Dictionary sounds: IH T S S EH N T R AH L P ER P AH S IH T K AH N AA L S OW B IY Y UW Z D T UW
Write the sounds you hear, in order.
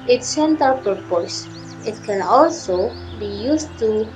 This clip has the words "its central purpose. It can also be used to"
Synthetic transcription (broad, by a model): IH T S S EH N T AH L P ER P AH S IH T K AH N AA L S OW B IY Y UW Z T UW